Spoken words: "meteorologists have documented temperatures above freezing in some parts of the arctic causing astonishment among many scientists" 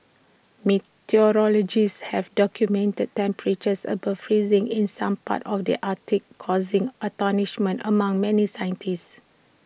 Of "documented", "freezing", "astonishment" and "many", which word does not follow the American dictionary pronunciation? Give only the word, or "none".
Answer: astonishment